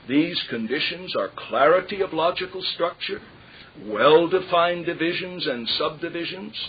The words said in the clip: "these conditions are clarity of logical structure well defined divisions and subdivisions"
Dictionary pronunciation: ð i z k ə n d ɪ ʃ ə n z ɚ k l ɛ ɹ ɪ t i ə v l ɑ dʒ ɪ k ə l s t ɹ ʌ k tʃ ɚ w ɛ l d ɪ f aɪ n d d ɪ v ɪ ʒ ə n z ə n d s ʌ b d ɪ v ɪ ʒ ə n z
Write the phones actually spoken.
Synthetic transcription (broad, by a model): ð i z k ə n d ɪ ʃ ə n z ɚ k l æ ɹ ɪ t i ə v l ɑ dʒ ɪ k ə l s t ɹ ʌ k tʃ ɚ w ɛ l d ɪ f aɪ n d d ɪ v ɪ ʒ ə n z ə n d s ʌ b d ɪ v ɪ ʒ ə n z